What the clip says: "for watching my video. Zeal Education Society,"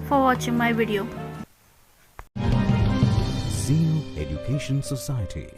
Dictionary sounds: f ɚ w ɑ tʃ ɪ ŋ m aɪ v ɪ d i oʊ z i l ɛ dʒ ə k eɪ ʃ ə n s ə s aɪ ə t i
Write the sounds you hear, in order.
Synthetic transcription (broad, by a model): f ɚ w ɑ tʃ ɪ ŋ m aɪ v ɪ d i oʊ s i n ɛ dʒ ə k eɪ ʃ ə n s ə s aɪ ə t i